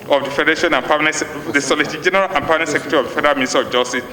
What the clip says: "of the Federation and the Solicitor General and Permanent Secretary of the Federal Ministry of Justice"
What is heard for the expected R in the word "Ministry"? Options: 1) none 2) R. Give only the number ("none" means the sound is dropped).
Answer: 1